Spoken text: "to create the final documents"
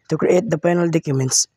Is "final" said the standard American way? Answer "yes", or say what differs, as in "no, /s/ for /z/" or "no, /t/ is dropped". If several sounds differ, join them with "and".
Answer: no, /p/ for /f/